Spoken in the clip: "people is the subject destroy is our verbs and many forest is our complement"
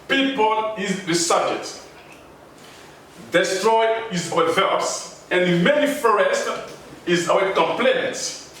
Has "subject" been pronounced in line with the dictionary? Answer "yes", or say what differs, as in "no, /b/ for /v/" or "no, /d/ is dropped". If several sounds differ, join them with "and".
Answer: no, /k/ is dropped